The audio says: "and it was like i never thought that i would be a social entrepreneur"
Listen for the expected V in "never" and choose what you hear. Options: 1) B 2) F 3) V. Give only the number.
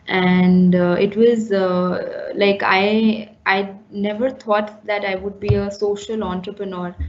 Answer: 3